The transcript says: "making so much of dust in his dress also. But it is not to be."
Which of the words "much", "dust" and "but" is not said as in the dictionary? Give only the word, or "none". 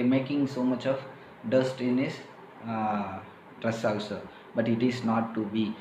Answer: none